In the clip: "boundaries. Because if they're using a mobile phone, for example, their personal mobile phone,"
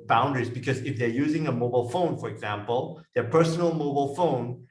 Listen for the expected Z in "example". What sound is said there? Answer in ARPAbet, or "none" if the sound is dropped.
Z